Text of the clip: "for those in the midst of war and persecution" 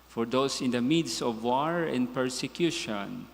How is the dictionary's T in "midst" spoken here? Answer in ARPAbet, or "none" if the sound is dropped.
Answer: none